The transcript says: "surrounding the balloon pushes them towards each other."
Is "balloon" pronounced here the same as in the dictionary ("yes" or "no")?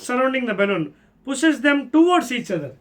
no